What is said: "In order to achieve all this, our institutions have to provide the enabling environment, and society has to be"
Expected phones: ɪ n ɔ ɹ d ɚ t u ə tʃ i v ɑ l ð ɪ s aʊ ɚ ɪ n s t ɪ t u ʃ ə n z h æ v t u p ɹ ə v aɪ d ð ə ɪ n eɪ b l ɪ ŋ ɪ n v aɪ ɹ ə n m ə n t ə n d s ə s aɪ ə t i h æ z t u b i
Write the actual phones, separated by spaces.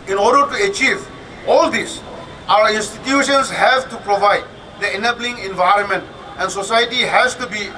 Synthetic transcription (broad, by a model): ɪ n ɔ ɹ d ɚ t u ə tʃ i v ɑ l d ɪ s aʊ ɚ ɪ n s t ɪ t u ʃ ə n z h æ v t u p ɹ ə v aɪ d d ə ɪ n eɪ b l ɪ ŋ ɪ n v aɪ ɹ ə n m ə n t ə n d s ə s aɪ ə t i h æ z t u b i